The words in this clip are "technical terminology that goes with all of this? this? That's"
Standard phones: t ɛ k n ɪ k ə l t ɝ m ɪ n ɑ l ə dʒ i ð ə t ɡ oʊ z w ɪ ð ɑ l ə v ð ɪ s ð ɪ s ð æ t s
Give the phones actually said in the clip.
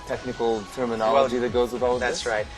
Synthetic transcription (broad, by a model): t ɛ k n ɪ k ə l t ɝ m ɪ n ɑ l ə dʒ i ð ə t ɡ oʊ z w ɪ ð ɑ l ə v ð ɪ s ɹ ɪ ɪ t